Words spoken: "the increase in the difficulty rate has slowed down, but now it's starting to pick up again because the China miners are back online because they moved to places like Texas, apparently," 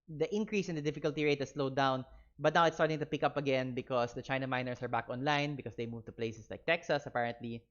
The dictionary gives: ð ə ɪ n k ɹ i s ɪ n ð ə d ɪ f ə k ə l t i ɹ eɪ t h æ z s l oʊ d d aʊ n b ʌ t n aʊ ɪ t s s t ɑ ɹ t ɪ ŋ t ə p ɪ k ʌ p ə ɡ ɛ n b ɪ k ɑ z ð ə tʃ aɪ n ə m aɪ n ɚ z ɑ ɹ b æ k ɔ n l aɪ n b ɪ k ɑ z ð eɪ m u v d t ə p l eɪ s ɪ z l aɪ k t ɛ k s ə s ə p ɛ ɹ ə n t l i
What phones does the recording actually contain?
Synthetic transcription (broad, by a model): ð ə ɪ n k ɹ i s ɪ n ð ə d ɪ f ə k ə l t i ɹ eɪ t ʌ s l oʊ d d aʊ n b ʌ t n aʊ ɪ t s s t ɑ ɹ t ɪ ŋ t ə p ɪ k ʌ p ə ɡ ɛ n b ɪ k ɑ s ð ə tʃ aɪ n ə m aɪ n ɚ s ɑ ɹ b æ k ɔ n l aɪ n b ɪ k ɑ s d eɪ m u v t ə p l eɪ s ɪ s l aɪ k t ɛ k s ə s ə p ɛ ɹ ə n t l i